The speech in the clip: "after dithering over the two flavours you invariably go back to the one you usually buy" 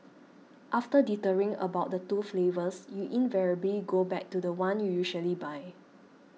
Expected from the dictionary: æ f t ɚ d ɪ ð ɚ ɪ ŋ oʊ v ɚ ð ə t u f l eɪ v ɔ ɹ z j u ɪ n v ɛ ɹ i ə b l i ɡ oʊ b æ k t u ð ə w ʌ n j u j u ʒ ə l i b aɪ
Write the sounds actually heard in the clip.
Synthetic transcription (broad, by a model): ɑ f t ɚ d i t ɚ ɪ ŋ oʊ b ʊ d ə t u f l eɪ v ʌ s j u ɪ n v ɛ ɹ i ə b l i ɡ oʊ b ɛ k t u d ə w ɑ n j u j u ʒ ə l i b aɪ